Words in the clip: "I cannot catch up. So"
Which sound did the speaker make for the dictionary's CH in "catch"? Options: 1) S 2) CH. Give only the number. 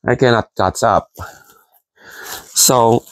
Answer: 1